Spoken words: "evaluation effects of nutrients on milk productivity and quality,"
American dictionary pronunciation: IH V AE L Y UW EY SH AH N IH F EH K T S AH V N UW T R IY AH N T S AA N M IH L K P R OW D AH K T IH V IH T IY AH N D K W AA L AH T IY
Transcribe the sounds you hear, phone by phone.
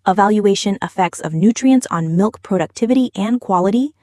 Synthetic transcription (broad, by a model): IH V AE L Y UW EY SH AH N IH F EH K T S AH V N UW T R IY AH N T S N M IH L K P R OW D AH K T IH V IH T IY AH N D K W AA L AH T IY